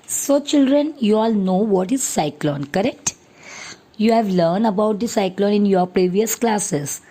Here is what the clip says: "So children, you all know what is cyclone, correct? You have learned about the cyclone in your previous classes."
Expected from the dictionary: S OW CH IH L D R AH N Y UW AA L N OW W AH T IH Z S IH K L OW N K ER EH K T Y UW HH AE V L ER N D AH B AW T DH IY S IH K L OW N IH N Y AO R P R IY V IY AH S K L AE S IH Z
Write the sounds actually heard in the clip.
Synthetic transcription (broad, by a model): S OW CH IH L D R AH N Y UW AA L N OW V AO T IH Z S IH K L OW N K ER EH K T Y UW HH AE V L ER N D AH B AW T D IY S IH K L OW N IH N Y AO R P R IY V IY AH S K L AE S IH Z